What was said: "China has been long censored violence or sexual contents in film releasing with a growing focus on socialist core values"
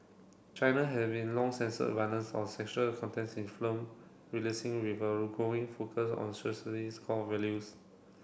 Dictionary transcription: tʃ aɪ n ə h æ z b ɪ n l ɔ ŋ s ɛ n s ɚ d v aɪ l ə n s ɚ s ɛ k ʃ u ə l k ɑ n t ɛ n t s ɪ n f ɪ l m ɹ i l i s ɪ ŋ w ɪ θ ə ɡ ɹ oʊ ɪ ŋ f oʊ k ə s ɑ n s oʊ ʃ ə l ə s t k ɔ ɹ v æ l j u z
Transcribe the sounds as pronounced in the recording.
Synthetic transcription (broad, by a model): tʃ aɪ n ə h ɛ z b ɪ n l ɔ ŋ s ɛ n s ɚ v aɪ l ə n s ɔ s ɛ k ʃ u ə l k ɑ n t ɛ n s ɪ n f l m ɹ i l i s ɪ ŋ w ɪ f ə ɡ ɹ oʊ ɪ ŋ f oʊ k ə s ɑ n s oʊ s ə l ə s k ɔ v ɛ l j u s